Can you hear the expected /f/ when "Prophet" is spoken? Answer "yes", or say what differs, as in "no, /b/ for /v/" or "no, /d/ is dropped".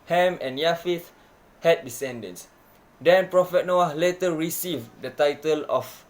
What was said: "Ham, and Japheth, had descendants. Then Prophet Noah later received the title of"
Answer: yes